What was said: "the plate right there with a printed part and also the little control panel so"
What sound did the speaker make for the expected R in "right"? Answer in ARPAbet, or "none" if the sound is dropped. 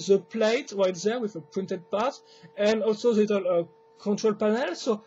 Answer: R